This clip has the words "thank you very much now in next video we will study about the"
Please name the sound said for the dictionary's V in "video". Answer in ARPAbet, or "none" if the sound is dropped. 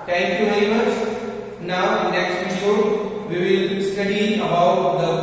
P